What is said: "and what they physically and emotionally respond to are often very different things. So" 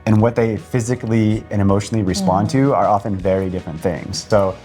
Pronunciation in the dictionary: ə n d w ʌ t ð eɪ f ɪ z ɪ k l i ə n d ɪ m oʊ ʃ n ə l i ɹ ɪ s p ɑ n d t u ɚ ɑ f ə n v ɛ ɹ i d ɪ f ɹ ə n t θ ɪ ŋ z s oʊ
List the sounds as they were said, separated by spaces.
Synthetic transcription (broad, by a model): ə n w ʌ t ð eɪ f ɪ z ɪ k l i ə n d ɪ m oʊ ʃ n l i ɹ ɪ s p ɑ n t u ɚ ɑ f ə n v ɛ ɹ i d ɪ f ɹ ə n θ ɪ ŋ z s oʊ